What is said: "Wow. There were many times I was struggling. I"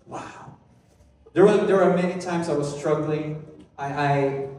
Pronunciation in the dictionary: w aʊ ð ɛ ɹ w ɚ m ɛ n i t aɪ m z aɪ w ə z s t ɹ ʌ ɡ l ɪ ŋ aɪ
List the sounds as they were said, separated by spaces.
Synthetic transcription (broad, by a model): w aʊ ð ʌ ɹ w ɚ m ɛ n i t aɪ m z aɪ w ə z s t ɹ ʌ ɡ l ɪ ŋ aɪ